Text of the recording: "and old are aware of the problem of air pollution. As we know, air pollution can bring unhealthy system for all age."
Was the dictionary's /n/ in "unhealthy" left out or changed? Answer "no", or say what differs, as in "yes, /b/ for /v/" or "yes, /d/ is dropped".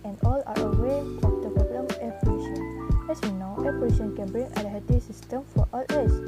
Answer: yes, /l/ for /n/